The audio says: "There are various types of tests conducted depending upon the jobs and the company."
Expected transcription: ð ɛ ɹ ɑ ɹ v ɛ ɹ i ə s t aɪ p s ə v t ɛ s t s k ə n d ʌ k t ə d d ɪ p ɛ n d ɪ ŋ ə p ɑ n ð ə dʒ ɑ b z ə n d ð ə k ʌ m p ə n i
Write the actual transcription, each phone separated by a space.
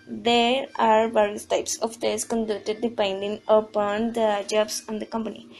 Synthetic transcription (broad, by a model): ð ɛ ɹ ɑ ɹ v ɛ ɹ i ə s t aɪ p s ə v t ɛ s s k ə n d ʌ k t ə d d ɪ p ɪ n d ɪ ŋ ə p ɑ n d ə dʒ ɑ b s ə n d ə k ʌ m p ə n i